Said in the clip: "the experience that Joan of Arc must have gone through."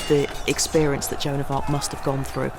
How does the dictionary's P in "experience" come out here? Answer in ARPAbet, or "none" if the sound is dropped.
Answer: P